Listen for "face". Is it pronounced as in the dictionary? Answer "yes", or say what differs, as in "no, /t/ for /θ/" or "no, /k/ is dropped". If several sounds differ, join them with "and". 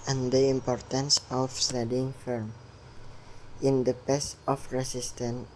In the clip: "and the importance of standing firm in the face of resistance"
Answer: no, /p/ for /f/